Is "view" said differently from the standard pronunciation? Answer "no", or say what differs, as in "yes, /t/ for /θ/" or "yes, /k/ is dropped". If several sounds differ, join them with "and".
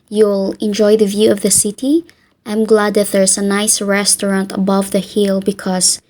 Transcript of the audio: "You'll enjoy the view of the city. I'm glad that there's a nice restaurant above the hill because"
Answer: no